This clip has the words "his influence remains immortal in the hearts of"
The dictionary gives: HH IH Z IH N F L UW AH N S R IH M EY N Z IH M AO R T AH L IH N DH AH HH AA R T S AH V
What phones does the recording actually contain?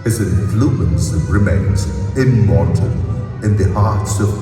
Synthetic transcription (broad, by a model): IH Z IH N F L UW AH N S R IH M EY N Z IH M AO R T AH N IH N DH AH HH AA R T S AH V